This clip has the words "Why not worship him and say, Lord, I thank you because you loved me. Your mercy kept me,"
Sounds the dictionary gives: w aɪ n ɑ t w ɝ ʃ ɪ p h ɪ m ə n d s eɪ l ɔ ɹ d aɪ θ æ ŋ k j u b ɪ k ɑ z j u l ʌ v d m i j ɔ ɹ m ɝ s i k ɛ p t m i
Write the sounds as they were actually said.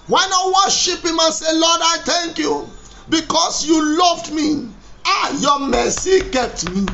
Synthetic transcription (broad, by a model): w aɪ n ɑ w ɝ ʃ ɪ p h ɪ m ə n s eɪ l ɔ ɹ d aɪ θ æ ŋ k j u b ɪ k ɑ s j u l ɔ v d m i j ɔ m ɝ s i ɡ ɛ t m i